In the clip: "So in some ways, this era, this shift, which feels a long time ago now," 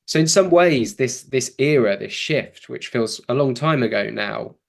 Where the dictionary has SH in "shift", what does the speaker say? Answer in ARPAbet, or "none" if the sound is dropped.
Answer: SH